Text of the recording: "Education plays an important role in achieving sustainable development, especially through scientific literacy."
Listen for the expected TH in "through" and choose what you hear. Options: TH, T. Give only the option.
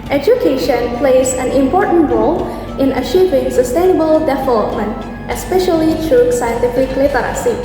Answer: T